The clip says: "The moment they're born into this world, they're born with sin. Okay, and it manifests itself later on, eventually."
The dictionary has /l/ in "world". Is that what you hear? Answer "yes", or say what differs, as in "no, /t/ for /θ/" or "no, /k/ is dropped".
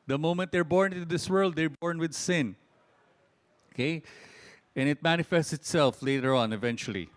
yes